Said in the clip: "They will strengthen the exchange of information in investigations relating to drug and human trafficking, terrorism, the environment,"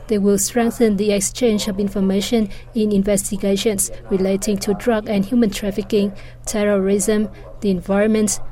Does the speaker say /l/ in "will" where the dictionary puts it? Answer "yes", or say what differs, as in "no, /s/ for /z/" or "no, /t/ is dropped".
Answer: yes